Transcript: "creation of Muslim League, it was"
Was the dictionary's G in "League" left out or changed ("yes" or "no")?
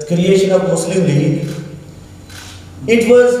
yes